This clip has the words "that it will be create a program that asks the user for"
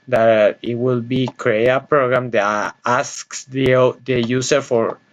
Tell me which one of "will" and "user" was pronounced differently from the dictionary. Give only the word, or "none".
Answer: user